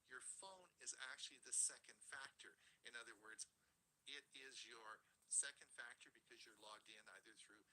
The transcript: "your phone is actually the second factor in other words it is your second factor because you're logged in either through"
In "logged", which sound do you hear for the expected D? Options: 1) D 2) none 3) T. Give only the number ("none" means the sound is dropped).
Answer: 1